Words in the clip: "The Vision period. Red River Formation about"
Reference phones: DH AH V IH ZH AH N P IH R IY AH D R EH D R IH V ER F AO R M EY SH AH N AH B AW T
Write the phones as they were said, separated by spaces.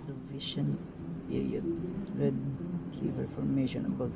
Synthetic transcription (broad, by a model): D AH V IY SH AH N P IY R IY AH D R EH D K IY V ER F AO R M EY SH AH N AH B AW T